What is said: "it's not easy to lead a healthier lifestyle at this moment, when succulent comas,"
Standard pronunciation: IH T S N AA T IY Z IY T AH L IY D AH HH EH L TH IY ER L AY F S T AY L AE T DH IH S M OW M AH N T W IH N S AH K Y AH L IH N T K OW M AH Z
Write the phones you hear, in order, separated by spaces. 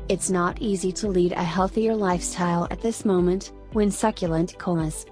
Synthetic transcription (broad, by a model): IH T S N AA T IY Z IY T AH L IY D AH HH EH L TH IY ER L AY F S T AY L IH T DH IH S M OW M AH N T W IH N S AH K Y AH L IH N T K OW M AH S